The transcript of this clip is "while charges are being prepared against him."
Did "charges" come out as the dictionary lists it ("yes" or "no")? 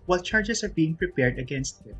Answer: no